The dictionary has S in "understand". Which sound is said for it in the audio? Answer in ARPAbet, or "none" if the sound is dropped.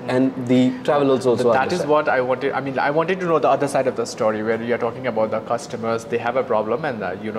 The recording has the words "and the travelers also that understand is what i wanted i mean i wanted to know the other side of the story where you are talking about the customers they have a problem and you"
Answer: none